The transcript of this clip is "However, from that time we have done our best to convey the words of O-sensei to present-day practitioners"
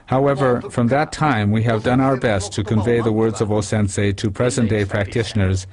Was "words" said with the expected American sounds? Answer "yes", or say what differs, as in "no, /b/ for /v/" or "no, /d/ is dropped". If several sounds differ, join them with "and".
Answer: yes